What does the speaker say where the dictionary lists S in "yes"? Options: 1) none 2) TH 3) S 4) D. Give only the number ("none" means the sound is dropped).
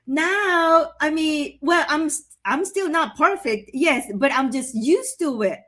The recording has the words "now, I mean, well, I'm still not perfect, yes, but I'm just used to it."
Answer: 3